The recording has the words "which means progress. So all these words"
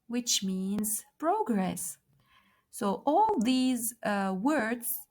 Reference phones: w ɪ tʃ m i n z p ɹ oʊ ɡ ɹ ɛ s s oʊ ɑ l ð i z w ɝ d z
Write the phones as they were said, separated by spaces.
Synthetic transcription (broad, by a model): w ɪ tʃ m i n z p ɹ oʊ ɡ ɹ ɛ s s oʊ ɑ l ð i z w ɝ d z